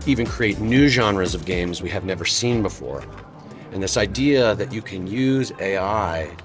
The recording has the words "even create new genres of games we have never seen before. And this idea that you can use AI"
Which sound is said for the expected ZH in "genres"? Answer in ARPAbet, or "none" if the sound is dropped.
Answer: ZH